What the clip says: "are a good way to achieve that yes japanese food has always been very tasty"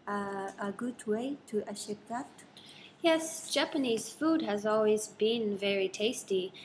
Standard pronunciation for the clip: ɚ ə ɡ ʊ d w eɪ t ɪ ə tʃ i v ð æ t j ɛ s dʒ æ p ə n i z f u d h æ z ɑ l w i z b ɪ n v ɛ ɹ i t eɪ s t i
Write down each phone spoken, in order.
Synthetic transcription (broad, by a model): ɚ ə ɡ ʊ d w eɪ t ɪ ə ʃ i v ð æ t j ɛ s dʒ æ p ə n i z f u d h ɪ z ɑ l w i z b ɪ n v ɛ ɹ i t eɪ s t i